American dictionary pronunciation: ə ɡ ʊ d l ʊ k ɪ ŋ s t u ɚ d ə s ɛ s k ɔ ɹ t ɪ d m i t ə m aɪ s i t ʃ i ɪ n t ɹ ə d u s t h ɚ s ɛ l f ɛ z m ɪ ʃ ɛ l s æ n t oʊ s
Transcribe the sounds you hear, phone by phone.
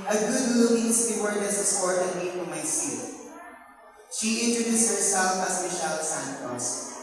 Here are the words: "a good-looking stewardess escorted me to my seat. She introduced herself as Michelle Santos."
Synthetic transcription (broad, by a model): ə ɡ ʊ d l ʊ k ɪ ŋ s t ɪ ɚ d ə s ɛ s ɔ ɹ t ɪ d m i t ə m aɪ s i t ʃ i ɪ n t ɹ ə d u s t h ɚ s ɛ l f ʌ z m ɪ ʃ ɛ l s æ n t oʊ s